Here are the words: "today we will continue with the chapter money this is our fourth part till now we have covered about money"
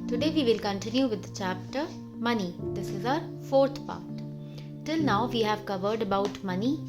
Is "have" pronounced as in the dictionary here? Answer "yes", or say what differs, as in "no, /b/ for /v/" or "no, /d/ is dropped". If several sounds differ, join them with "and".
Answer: yes